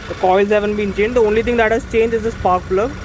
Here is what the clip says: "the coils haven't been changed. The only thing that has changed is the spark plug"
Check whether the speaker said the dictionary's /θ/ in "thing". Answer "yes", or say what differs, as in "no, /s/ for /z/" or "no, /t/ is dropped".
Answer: no, /t/ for /θ/